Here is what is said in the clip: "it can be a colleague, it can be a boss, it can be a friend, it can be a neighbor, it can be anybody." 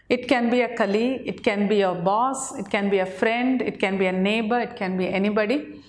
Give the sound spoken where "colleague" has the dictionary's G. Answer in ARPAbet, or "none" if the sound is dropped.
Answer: none